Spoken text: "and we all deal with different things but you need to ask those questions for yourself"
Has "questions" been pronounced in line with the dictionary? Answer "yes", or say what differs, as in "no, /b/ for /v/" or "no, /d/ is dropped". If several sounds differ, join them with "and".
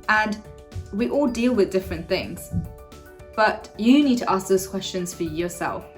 yes